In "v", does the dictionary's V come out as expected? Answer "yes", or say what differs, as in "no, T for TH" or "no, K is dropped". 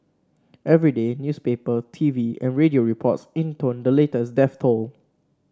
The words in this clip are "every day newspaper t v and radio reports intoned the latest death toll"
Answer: yes